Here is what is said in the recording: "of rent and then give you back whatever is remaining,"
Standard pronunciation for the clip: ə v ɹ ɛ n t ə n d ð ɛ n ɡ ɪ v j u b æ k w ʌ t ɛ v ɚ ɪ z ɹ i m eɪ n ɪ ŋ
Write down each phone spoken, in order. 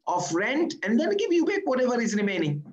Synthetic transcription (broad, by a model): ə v ɹ ɛ n t ə n d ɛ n ɡ ɪ v j u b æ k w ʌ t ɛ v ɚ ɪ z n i m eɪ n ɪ ŋ